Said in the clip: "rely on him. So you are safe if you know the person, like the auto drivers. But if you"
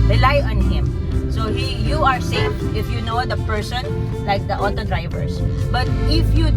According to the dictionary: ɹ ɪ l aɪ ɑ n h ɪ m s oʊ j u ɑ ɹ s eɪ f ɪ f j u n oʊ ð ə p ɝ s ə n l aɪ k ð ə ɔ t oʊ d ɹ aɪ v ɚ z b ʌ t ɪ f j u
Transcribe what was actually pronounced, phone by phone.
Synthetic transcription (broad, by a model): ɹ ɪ l aɪ ɑ n h ɪ m s oʊ j u ɑ ɹ s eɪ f ɪ f j u n oʊ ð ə p ɝ s ə n l aɪ k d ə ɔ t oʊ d ɹ aɪ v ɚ s b ʌ t ɪ f j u